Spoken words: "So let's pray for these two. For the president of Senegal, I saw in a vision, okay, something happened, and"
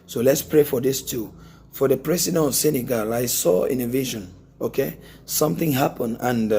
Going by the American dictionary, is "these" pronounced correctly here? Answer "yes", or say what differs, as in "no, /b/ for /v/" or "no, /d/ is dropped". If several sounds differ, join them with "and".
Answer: no, /s/ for /z/